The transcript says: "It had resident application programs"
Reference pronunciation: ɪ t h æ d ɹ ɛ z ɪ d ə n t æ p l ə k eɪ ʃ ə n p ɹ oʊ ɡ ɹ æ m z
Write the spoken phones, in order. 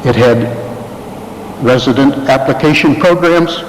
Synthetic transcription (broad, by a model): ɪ t h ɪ d ɹ ɛ z ɪ d ə n t æ p l ə k eɪ ʃ ə n p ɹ oʊ ɡ ɹ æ m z